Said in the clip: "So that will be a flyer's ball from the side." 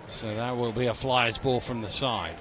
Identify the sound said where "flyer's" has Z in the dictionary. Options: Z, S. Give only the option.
Z